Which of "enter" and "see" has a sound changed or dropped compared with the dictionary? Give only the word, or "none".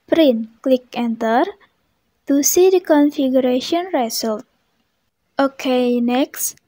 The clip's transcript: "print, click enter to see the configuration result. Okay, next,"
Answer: none